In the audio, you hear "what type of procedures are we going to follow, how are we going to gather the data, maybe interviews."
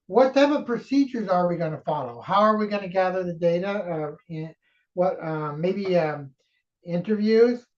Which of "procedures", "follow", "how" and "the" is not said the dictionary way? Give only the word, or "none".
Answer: none